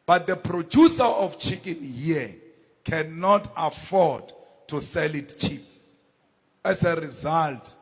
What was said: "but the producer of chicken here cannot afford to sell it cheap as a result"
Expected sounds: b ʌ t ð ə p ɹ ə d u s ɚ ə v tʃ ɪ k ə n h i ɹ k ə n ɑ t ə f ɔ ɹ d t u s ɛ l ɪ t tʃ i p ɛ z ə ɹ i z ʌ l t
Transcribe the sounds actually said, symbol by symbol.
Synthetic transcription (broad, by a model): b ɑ t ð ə p ɹ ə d u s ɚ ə f tʃ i k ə n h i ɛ k ə n ɑ t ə f ɔ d t u s ɛ l ɪ t tʃ i p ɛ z ə ɹ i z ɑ l t